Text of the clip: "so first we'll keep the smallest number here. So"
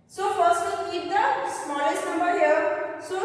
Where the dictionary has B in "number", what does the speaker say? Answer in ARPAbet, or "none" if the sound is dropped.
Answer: B